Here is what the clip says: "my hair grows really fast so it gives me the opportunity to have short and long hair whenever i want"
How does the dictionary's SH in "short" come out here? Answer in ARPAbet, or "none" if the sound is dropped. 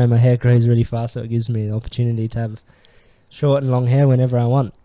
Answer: SH